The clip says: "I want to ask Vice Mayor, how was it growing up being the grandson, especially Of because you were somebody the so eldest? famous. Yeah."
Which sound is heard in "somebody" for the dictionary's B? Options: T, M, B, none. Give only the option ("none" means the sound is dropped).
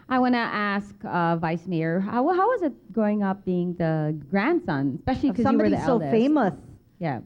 none